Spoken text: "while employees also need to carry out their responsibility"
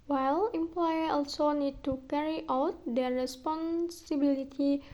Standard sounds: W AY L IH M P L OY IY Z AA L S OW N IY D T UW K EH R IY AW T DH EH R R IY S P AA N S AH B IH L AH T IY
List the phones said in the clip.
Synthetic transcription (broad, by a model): W AY L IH M P L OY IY AA L S OW N IY D T UW K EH R IY AW T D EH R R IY S P AA N S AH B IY L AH T IY